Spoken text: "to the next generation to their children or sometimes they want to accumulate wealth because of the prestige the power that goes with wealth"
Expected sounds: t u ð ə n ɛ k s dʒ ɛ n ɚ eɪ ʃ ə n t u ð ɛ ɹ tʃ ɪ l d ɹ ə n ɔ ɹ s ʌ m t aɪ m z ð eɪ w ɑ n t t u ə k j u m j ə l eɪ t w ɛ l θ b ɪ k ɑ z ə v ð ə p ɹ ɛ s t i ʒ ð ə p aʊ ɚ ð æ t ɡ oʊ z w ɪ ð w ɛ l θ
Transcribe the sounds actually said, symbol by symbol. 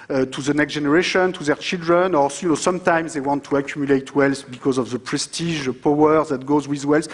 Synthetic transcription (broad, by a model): t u ð ə n ɛ k s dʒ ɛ n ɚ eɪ ʃ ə n t u ð ɛ ɹ tʃ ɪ l d ɹ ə n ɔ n s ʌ m t aɪ m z ð eɪ w ɑ n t t u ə k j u m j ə l eɪ t w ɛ l s b ɪ k ɑ z ə v ð ə p ɹ ɛ s t i ʒ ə p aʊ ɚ ð æ t ɡ oʊ z w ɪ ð w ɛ l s